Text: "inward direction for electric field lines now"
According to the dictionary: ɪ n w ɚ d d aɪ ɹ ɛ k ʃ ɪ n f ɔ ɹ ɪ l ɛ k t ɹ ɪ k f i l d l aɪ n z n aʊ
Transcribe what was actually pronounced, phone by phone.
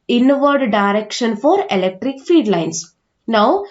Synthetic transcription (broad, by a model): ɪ n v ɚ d d aɪ ɹ ɛ k ʃ ɪ n f ɔ ɹ ɪ l ɛ k t ɹ ɪ k f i d l aɪ n s n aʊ